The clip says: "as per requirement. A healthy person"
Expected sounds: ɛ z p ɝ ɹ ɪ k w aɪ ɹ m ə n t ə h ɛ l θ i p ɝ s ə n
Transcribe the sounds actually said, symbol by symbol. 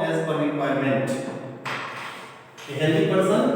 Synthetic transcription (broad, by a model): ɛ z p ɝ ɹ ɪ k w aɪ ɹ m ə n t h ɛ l t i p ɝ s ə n